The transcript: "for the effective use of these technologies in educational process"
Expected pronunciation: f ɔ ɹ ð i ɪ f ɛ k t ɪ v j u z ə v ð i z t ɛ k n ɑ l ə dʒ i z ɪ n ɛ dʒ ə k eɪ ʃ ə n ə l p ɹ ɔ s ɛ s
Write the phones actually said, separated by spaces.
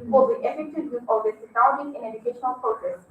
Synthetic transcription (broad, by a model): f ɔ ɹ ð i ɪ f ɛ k t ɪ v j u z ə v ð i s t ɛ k ɑ ə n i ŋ ɪ n ɛ dʒ ə k eɪ ʃ ə n ə l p ɹ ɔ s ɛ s